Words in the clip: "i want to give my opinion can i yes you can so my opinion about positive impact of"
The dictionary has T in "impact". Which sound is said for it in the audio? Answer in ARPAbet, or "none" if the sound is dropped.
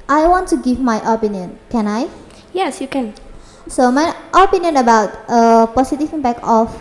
none